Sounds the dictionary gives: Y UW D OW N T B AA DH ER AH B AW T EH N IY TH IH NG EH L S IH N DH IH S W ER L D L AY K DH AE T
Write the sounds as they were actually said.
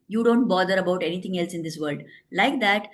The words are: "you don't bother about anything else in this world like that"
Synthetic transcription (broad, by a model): Y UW D OW N T B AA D ER AH B AW T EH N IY T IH NG EH L S IH N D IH S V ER L D L AY K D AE T